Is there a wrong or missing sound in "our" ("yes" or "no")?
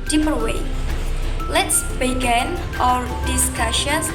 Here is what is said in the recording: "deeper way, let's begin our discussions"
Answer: no